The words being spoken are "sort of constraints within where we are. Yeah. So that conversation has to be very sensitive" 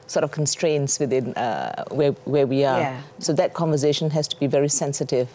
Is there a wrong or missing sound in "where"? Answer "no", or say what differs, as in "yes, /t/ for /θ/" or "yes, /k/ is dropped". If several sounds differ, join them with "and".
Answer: yes, /w/ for /ɹ/